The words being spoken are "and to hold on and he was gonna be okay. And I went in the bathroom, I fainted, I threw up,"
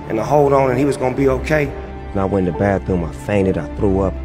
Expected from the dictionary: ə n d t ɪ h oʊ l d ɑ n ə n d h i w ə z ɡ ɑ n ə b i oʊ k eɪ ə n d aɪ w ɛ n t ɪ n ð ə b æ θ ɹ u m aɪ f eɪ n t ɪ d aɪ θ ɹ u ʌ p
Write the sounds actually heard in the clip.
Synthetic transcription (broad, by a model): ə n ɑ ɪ h oʊ l d n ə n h i w ə z ɡ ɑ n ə b i oʊ k eɪ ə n aɪ w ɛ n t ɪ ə b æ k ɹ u m aɪ f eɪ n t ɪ d aɪ θ ɹ u ʌ p